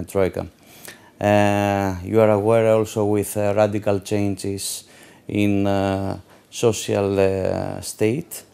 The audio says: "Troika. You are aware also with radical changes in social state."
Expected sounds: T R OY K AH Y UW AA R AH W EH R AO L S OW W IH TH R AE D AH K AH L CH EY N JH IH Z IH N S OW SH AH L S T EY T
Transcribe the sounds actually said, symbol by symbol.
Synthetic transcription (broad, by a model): T R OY K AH Y UW AA R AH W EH R AO L S OW W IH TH R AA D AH K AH L CH EY N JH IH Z IH N S OW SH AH L S T EY T